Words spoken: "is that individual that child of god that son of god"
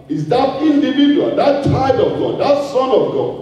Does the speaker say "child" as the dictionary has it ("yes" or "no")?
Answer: no